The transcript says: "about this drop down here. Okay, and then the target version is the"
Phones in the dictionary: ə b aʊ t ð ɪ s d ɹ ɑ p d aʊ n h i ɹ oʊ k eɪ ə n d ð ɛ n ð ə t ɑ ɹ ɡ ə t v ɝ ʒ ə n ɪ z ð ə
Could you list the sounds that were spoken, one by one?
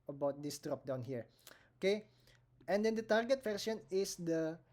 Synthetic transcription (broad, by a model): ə b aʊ t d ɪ s d ɹ ɑ p d aʊ n h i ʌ oʊ k eɪ ə n d ɛ n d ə t ɑ ɹ ɡ ə t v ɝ s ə n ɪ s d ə